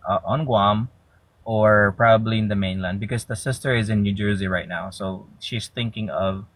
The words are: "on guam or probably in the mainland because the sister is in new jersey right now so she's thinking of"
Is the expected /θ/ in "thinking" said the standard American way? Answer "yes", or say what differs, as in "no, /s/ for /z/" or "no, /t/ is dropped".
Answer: yes